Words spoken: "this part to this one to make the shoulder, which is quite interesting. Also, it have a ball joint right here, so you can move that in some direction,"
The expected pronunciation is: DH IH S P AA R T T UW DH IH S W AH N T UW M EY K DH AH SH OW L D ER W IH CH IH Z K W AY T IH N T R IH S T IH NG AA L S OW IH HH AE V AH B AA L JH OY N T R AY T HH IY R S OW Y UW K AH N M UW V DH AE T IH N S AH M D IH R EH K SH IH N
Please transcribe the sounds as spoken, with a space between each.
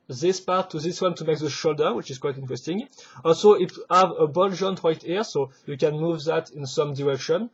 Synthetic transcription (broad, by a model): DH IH S P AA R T T UW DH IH S W AH N T UW M EY K DH AH SH OW L D ER W IH CH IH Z K W AY T IH N T R IH S T IH NG AA L S OW IH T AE V AH B AA L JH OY N T R AY T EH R S OW Y UW K AH N M UW V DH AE T IH N S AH M D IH R EH K SH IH N